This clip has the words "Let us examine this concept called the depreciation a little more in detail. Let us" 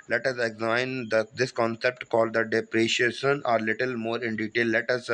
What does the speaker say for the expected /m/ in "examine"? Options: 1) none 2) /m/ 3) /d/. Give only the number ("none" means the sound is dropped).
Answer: 1